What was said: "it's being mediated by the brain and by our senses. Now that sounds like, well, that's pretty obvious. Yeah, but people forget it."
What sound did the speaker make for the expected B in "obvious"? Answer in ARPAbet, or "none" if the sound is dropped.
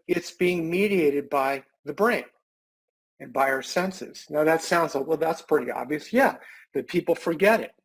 B